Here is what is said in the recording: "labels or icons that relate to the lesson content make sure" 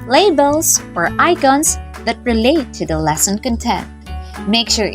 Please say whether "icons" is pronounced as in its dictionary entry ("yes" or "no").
no